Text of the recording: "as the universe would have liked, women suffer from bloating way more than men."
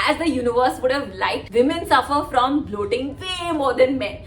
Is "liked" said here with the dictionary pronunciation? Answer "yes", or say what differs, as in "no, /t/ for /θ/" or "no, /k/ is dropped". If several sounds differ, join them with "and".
no, /k/ is dropped